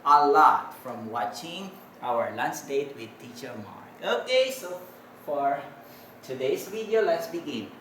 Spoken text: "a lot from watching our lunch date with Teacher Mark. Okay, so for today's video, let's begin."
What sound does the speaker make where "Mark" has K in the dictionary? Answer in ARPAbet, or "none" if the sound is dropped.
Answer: none